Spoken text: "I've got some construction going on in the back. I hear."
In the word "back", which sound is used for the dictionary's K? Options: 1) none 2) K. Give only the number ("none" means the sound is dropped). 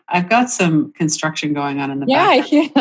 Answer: 1